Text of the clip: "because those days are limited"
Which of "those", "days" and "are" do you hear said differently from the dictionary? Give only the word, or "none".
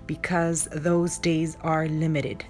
none